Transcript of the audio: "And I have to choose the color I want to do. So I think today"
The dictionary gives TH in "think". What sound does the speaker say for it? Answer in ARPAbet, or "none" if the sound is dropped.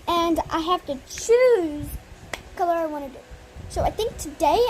TH